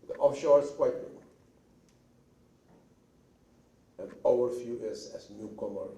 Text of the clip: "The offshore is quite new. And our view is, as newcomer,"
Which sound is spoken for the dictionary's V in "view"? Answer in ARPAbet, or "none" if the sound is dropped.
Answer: F